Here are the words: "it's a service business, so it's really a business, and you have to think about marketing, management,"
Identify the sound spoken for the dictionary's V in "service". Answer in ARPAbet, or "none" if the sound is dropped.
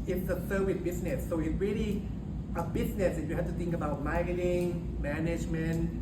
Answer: W